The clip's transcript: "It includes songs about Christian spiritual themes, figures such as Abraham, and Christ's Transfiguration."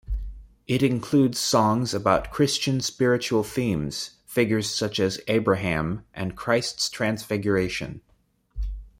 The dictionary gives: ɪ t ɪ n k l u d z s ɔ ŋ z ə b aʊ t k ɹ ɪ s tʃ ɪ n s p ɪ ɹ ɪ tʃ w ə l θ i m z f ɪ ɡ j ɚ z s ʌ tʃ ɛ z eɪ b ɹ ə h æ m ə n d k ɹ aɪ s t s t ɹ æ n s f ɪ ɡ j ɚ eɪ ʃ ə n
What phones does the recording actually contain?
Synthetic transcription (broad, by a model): ɪ t ɪ n k l u d z s ɔ ŋ z ə b aʊ t k ɹ ɪ s tʃ ɪ n s p ɪ ɹ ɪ tʃ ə l θ i m z f ɪ ɡ j ɚ z s ʌ tʃ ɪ z eɪ b ɹ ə h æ m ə n k ɹ aɪ s t s t ɹ æ n s f ɪ ɡ j ɚ eɪ ʃ ə n